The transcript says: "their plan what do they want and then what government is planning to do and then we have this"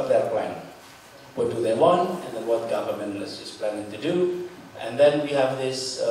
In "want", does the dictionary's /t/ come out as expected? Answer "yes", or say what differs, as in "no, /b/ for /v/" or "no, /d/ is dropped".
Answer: yes